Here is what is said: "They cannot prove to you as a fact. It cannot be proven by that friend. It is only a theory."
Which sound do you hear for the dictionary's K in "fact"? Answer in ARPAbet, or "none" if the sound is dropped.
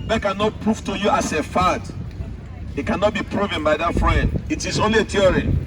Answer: none